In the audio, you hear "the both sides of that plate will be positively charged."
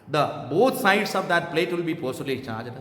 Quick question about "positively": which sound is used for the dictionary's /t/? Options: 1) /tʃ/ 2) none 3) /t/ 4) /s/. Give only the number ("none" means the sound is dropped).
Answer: 4